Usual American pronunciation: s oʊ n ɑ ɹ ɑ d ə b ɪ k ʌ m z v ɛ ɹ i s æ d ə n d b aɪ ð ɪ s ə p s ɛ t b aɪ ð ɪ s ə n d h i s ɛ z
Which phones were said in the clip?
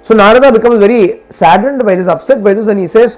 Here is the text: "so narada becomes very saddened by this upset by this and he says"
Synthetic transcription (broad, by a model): s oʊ n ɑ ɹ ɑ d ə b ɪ k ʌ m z v ɛ ɹ i s æ d ə n d b aɪ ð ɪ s ə p s ɛ t b aɪ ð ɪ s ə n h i s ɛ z